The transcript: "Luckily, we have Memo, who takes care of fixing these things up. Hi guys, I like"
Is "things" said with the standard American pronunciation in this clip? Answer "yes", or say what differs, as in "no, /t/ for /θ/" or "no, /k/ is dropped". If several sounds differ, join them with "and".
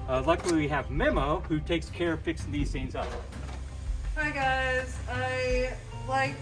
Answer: no, /s/ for /θ/